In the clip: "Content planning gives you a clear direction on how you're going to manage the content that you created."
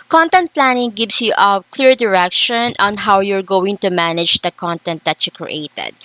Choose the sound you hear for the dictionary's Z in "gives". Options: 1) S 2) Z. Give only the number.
1